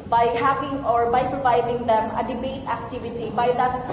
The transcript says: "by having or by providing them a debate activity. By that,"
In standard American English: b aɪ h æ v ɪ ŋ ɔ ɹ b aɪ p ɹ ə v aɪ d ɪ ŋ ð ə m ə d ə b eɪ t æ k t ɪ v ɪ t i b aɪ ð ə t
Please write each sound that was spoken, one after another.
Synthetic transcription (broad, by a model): b aɪ h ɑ p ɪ ŋ ɔ ɹ b aɪ p ɹ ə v aɪ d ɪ ŋ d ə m ə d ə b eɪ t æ k t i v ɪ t i b aɪ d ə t